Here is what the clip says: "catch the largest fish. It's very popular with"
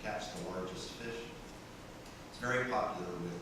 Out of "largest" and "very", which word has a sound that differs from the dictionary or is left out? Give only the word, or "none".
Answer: largest